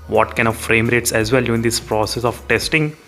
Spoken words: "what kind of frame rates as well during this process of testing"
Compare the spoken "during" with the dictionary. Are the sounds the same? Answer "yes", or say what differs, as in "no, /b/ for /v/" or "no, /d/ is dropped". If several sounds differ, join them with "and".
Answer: no, /ɹ/ is dropped